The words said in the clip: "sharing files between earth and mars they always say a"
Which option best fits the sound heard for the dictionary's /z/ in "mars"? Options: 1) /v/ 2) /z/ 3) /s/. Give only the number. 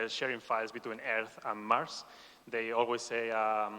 3